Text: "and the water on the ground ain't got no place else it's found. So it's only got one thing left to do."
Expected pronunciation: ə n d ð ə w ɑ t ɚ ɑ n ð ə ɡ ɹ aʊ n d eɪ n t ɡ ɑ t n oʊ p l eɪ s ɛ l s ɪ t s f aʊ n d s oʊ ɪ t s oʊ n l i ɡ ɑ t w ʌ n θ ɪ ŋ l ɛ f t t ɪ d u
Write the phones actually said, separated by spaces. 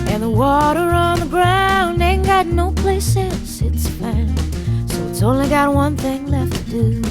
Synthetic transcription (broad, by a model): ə n ð ə w ɑ t ɚ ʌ n ð ə ɡ ɹ aʊ n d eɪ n ɡ ɑ t n oʊ p l eɪ s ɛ n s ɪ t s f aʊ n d s oʊ ɪ t s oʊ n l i ɡ ɑ t w ʌ n θ ɪ ŋ l ɛ f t t ɪ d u